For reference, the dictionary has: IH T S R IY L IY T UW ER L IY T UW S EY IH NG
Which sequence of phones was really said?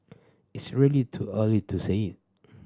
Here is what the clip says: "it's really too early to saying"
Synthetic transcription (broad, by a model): IH T S R IY L IY T UW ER L IY T UW S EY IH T